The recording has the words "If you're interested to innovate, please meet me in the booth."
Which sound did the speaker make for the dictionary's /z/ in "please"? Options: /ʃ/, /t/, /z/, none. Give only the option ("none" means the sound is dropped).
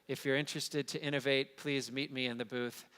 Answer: /z/